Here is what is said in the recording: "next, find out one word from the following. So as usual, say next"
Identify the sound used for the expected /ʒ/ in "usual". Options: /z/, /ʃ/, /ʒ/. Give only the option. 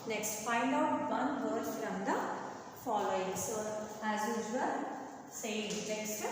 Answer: /z/